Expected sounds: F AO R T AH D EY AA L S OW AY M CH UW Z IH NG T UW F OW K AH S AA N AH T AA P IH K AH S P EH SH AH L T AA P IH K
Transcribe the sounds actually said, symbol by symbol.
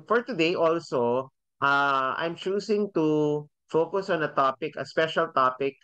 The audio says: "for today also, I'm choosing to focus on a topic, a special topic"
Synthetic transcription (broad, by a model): F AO R T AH D EY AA L S OW AY M CH UW S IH NG T UW F OW K AH S AA N AH T AA P IH K AH S P EH SH AH L T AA P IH K